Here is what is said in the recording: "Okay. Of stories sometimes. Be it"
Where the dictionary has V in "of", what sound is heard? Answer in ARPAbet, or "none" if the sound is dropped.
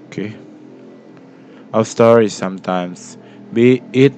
W